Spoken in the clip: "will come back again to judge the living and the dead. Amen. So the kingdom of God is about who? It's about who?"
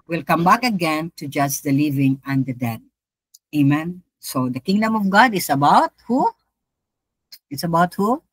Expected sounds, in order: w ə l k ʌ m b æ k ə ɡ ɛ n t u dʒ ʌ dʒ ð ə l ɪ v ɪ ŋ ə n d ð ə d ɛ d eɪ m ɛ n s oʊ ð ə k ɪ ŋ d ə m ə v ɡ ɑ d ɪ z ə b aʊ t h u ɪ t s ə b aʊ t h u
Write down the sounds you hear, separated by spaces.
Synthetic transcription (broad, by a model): w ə l k ʌ m b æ k ə ɡ ɛ n t u dʒ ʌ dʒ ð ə l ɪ v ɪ ŋ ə n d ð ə d ɛ d eɪ m ɛ n s oʊ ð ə k ɪ ŋ d ə m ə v ɡ ɑ d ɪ s ə b aʊ t h u ɪ t s ə b aʊ t h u